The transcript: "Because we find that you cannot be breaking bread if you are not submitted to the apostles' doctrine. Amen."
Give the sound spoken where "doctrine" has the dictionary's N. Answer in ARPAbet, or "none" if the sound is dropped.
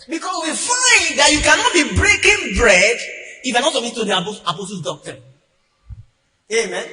none